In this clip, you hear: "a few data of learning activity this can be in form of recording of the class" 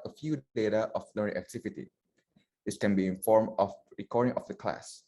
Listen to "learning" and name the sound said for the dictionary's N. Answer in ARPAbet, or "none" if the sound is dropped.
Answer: none